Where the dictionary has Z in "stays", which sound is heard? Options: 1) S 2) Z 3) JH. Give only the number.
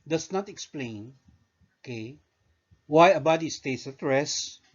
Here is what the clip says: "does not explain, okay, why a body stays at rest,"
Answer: 1